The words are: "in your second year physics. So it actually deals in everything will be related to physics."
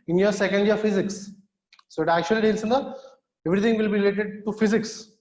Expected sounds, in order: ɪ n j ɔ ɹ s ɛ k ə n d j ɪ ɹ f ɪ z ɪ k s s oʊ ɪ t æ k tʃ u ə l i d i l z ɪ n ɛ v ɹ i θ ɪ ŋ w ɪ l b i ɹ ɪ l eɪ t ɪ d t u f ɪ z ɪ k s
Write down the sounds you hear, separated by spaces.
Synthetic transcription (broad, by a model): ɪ n j ɔ ɹ s ɛ k ə n d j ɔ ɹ f ɪ z ɪ k s s oʊ ɪ t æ k tʃ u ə l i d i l s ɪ n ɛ v ɹ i t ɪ ŋ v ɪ l b i ɹ ɪ l eɪ t ɪ d t u f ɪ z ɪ k s